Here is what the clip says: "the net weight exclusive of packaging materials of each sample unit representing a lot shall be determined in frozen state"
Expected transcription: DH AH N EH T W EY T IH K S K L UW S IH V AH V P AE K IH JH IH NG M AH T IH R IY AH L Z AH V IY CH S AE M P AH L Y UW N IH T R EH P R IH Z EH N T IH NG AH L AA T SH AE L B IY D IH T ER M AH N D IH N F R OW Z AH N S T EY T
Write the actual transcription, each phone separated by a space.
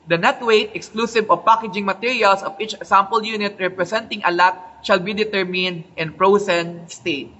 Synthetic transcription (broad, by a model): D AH N EH T W EY T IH K S K L UW S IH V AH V P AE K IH JH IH NG M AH T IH R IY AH L S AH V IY CH S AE M P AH L Y UW N IH T R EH P R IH S EH N T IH NG AH L AA T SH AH L B IY D IH T ER M AH N D IH N P R OW S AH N S T EY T